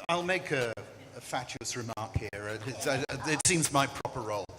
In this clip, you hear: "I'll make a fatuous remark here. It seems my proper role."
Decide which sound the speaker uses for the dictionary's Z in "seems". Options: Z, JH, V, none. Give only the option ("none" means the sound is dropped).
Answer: Z